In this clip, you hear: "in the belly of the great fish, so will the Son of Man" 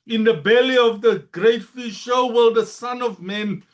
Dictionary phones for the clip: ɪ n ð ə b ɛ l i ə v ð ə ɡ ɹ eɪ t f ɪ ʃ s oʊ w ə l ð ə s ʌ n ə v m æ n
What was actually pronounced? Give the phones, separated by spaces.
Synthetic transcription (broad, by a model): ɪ n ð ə b ɛ l i ə v ð ə ɡ ɹ eɪ t f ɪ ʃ ʃ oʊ w ə l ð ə s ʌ n ə v m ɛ n